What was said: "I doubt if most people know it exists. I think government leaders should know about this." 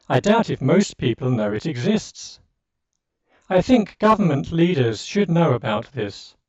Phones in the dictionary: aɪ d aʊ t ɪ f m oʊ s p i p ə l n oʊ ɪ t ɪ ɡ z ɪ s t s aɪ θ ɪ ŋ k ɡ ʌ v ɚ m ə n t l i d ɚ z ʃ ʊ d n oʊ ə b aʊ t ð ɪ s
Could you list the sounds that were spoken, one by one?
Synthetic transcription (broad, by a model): aɪ d aʊ t ɪ f m oʊ s p i p l n oʊ ɪ t ɪ ɡ z ɪ s t s aɪ θ ɪ ŋ k ɡ ʌ v ɚ m ə n t l i d ɚ z ʃ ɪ d n oʊ ə b aʊ t ð ɪ s